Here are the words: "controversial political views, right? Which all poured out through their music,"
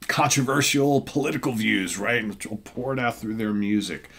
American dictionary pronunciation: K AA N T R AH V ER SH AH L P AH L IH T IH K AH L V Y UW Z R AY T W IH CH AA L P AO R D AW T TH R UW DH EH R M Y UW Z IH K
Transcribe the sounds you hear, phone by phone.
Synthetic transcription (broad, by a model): K AA N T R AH V ER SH L P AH L IH T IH K L V Y UW Z R AY T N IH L P AO R D AW T TH R UW DH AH R M Y UW Z IH K